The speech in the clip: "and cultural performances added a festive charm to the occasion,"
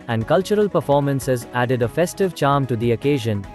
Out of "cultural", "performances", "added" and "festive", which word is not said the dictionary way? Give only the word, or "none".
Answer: none